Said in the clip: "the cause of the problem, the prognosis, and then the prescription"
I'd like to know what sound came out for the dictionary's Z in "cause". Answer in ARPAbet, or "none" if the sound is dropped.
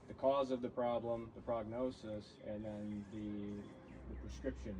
Z